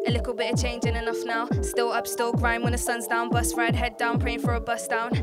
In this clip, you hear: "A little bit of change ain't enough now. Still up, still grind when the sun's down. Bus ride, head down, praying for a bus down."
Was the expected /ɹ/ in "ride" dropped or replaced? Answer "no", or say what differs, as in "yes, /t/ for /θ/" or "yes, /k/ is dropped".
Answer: no